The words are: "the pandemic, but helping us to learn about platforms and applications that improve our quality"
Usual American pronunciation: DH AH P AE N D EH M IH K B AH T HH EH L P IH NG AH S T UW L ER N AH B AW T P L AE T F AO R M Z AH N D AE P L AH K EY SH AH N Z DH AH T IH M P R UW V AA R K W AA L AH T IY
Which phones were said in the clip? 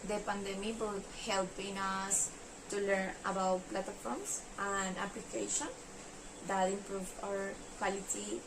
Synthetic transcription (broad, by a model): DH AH P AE N D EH M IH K B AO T HH EH L P IH NG AH S T UW L ER N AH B AW T P L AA T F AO R M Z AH N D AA P L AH K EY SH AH N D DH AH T IH M P R UW V AA R K W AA L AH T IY